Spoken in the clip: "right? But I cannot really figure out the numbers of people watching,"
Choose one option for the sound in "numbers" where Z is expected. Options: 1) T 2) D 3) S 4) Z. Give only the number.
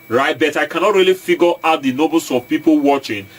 3